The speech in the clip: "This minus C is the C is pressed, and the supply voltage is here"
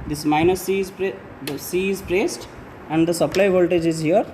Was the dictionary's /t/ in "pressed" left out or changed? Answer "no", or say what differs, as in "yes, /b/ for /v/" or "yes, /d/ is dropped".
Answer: no